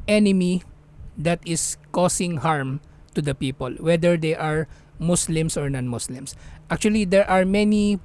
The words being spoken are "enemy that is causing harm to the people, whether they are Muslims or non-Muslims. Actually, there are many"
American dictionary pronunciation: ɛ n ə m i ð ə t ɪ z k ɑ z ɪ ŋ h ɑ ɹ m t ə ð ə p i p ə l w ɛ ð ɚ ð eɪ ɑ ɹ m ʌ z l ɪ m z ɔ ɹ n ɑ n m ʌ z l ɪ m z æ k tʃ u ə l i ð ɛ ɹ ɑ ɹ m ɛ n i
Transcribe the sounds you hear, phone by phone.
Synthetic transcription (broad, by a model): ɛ n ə m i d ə t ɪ s k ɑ s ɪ ŋ h ɑ ɹ m t ə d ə p i p ə l w ɛ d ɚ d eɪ ɑ ɹ m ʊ s l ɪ m s ɔ ɹ n ɑ n m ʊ s l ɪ m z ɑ k tʃ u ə l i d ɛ ɹ ɑ ɹ m ɛ n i